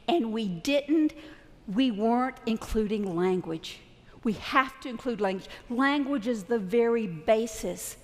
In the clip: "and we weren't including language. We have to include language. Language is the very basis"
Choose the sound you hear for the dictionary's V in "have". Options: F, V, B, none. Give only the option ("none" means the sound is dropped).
F